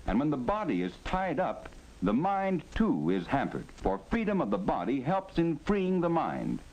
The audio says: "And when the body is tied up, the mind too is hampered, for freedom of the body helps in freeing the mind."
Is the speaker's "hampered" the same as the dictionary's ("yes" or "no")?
yes